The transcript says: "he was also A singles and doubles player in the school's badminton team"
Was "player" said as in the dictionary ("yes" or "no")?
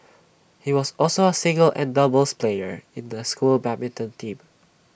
yes